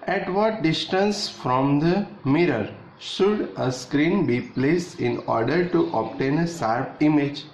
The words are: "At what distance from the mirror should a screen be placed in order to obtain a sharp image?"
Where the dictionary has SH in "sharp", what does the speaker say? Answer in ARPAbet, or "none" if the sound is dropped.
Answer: S